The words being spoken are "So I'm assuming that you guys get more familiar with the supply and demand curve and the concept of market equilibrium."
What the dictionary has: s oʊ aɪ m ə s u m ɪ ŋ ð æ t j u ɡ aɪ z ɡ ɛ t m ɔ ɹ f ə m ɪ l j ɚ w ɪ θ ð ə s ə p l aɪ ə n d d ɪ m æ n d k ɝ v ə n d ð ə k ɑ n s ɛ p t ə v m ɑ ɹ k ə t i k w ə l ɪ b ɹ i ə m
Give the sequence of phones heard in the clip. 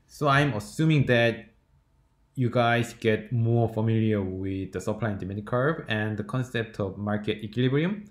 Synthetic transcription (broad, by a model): s oʊ aɪ m ə s u m ɪ ŋ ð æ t j u ɡ aɪ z ɡ ɛ t m ɔ ɹ f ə m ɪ l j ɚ w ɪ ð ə s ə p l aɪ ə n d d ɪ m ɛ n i k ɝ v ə n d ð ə k ɑ n s ɛ p t ə v m ɑ ɹ k ə t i k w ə l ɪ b ɹ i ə m